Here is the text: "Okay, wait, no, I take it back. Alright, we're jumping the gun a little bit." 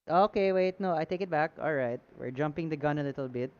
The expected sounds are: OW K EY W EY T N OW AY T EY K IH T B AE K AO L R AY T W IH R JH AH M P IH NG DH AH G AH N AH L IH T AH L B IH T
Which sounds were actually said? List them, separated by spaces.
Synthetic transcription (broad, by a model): OW K EY W EY T N OW AY T EY K IH T B AE K AO L R AY T W IH R JH AH M P IH NG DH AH G AH N AH L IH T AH L B IH T